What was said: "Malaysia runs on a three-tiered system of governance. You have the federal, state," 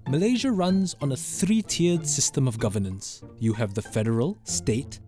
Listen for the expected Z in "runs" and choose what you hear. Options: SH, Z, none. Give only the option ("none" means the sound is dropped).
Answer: Z